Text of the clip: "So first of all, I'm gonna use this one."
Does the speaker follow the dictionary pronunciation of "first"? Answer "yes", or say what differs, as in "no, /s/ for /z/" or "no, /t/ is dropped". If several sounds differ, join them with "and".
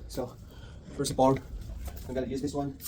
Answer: no, /t/ is dropped